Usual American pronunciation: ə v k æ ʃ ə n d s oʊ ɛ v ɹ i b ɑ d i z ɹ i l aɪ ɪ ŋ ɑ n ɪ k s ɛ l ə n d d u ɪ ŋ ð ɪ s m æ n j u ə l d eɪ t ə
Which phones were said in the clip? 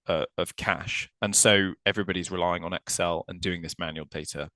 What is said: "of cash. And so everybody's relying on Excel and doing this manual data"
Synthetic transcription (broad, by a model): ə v k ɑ ʃ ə n s oʊ ɛ v ɹ i b ɑ d i z ɹ i l aɪ ɪ ŋ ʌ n ɪ k s ɛ l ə n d d u ɪ ŋ ð ɪ s m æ n j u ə l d eɪ t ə